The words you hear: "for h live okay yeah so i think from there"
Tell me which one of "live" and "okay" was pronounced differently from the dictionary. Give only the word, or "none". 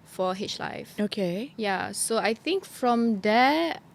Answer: live